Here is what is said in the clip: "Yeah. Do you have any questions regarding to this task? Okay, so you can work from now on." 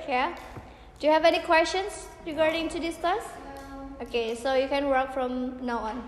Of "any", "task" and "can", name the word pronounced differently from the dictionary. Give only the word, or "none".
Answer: task